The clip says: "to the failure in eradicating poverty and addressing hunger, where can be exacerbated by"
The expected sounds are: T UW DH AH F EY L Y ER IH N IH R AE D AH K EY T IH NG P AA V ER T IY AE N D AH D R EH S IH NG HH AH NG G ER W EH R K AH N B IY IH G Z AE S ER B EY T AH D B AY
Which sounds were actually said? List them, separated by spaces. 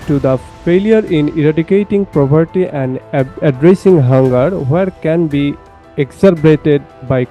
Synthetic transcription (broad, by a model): T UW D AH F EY L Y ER IH N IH R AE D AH K EY T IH NG P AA P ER T IY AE N D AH D R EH S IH NG HH AH NG G ER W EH R K AH N B IY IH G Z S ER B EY T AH D B AY